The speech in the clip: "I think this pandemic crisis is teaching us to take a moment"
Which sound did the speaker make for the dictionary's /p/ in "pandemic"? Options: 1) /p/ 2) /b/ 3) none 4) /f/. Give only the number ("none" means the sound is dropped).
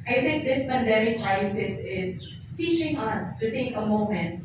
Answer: 2